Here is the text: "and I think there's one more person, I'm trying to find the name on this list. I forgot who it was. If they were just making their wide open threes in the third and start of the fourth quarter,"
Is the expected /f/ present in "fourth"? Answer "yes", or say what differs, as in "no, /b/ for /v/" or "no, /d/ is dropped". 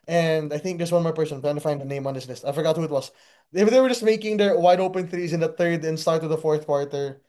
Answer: yes